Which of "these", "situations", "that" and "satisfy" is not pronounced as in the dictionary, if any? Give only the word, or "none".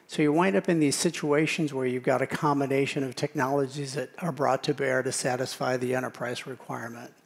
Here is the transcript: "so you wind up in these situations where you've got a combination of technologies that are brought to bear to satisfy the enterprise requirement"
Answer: none